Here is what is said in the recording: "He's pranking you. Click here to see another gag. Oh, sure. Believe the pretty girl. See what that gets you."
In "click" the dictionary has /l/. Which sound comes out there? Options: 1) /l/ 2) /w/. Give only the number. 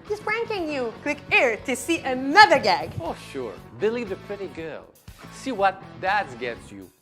2